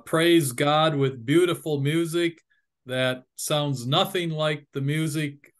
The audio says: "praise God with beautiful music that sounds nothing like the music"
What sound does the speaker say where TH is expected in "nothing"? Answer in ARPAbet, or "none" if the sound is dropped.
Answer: TH